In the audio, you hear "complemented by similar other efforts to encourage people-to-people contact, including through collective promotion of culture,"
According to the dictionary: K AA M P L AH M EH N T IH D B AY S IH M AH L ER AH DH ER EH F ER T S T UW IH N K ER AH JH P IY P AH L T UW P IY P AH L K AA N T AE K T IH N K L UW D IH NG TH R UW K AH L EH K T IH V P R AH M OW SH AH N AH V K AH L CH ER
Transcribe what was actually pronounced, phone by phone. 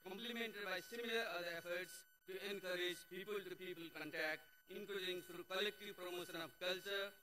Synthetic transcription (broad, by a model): K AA M P L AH M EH N T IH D B AY S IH M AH L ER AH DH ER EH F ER T S T UW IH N K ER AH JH P IY P AH L T UW P IY P AH L K AA N T AE K T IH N K UW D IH NG T R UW K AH L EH K T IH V P R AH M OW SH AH N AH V K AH L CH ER